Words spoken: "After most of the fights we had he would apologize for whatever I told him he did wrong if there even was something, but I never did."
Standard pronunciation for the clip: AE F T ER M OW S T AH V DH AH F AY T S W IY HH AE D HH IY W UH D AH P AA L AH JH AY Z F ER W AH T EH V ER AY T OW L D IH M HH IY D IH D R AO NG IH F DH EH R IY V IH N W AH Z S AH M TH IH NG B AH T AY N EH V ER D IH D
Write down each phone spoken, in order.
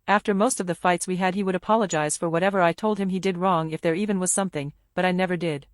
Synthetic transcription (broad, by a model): AE F T ER M OW S T AH V DH AH F AY T S W IY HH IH D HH IY W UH D AH P AA L AH JH AY Z F ER W AH T EH V ER AY T OW L D IH M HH IY D IH D R AO NG IH F DH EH R IY V IH N W AH Z S AH M TH IH NG B AH T AY N EH V ER D IH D